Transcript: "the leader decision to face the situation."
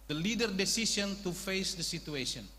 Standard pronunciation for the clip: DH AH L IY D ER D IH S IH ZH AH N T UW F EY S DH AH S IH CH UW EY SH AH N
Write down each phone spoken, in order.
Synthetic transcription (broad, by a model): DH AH L IY D ER D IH S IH S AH N T UW F EY S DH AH S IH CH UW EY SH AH N